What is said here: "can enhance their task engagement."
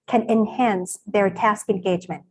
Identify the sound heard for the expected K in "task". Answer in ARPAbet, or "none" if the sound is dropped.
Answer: K